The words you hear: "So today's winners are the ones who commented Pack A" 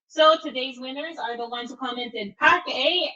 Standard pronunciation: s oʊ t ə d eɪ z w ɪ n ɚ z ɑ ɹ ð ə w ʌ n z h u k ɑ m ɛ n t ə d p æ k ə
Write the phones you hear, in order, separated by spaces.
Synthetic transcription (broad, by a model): s oʊ t ə d eɪ z w ɪ n ɚ z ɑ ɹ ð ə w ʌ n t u k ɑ m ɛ n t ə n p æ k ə